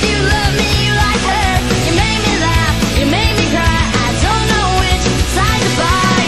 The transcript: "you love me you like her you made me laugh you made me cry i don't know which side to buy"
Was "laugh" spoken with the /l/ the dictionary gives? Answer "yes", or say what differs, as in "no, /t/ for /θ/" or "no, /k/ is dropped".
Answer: yes